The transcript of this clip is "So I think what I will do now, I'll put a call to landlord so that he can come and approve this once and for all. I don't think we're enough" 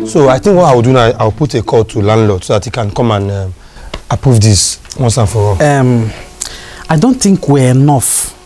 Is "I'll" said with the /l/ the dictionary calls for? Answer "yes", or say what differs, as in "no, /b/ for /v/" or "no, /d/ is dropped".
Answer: no, /w/ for /l/